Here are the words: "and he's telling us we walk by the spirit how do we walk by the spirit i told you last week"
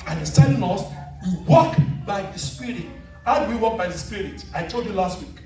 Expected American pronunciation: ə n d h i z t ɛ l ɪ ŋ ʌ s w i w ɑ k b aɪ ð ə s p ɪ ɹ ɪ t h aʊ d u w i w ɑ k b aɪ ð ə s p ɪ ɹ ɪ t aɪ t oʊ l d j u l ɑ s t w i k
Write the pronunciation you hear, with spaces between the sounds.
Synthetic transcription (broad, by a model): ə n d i s t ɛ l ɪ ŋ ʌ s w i w ɑ k b aɪ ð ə s p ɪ ɹ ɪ t h aʊ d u w i w ɑ k b aɪ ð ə s p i ɹ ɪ t aɪ t oʊ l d j u l ɑ s t w i k